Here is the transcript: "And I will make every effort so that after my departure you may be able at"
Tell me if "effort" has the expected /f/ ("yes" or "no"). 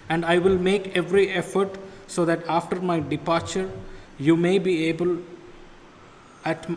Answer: yes